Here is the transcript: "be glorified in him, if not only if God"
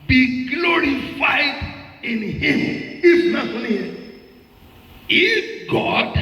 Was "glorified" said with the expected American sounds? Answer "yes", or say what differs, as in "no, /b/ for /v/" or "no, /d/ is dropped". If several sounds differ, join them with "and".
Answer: yes